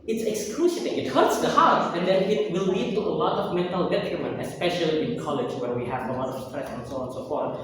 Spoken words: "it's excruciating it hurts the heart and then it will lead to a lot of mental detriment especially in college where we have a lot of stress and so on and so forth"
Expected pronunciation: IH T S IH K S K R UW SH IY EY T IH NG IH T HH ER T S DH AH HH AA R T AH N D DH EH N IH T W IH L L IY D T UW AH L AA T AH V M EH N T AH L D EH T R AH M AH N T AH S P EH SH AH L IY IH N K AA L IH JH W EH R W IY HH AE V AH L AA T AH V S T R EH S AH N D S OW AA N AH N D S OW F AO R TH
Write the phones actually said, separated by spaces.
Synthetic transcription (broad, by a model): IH T S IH K S K L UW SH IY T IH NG IH T HH ER T S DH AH HH AA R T AH N D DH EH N IH T W IH L L IY D T UW AH L AA T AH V M EH N T AH L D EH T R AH M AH N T AH S P EH SH AH L IY IH N K AA L IH JH W EH R W IY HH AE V AH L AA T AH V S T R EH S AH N S OW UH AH N S OW F AO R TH